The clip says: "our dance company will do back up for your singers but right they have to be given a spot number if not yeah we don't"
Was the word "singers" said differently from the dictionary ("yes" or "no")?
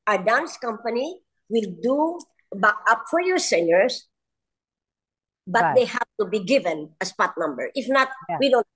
yes